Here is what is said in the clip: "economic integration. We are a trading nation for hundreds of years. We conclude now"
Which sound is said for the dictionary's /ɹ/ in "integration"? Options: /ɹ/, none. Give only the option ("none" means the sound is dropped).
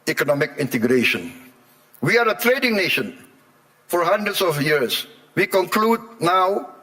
/ɹ/